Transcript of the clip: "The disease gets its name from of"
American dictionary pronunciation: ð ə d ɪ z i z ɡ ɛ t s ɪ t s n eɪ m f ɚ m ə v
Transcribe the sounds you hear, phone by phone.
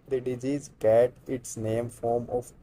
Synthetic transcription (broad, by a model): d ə d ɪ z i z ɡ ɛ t ɪ t s n eɪ m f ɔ m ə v